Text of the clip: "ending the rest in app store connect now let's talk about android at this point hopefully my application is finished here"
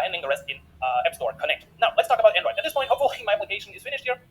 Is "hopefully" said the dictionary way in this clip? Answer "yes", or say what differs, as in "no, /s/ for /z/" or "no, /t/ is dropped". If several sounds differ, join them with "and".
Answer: no, /p/ is dropped